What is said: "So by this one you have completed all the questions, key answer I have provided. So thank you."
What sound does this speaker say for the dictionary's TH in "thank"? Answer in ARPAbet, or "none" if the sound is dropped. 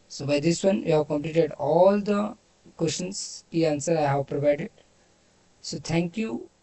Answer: T